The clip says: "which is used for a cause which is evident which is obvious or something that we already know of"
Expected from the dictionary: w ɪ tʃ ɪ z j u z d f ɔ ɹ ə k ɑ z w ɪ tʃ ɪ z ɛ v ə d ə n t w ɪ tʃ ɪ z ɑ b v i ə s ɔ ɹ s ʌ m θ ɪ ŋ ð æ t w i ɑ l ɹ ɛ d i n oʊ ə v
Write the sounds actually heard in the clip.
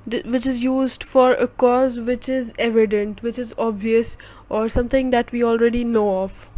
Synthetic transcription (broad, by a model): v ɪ tʃ ɪ z j u z d f ɔ ɹ ə k ɑ z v ɪ tʃ ɪ z ɛ v ə d ə n t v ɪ tʃ ɪ z ɑ b v i ə s ɔ ɹ s ʌ m t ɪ ŋ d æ t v i ɑ l ɹ ɛ d i n oʊ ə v